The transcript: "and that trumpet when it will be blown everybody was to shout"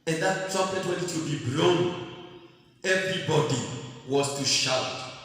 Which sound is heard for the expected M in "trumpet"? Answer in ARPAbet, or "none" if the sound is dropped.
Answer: none